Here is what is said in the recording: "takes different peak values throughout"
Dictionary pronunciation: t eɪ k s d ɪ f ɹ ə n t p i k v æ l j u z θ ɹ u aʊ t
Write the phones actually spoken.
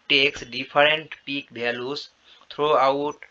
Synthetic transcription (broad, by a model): t eɪ k s d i p ɹ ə n t p i k b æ l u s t ɹ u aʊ t